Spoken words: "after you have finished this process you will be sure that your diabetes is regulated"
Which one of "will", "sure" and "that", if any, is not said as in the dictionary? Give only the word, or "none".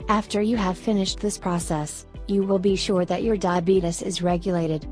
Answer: none